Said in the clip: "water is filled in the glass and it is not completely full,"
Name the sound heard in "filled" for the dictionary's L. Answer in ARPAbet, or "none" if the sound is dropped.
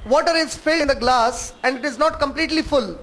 N